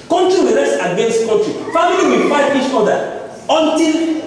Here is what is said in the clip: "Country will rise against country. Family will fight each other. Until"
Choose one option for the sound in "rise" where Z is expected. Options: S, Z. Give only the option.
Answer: S